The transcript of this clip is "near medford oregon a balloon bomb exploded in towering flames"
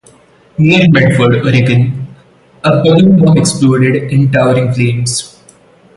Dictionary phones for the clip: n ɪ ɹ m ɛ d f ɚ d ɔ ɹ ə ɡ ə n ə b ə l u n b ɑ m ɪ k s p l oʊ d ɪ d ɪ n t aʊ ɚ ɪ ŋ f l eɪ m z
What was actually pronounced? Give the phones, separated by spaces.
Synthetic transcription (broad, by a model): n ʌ ɹ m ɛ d f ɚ d ɔ ɹ ə ɡ ə n ə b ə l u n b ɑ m ɪ k s p l oʊ d ɪ d ɪ n t aʊ ɚ ɪ ŋ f l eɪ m s